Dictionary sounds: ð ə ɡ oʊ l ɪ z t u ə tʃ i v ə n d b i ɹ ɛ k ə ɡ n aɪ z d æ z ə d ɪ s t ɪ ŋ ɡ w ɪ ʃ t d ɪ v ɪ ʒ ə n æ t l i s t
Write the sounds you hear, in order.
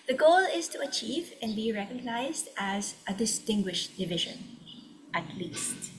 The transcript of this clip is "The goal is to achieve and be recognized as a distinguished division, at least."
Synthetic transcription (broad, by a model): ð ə ɡ oʊ l ɪ z t u ə tʃ i v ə n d b i ɹ ɛ k ə ɡ n aɪ z d æ z ə d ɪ s t ɪ ŋ ɡ w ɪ ʃ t d ɪ v ɪ ʒ ə n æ t l i s t